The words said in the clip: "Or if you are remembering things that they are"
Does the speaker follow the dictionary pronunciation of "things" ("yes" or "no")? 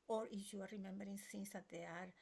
no